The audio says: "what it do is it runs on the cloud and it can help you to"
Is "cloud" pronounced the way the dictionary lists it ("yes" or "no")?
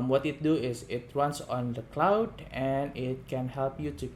yes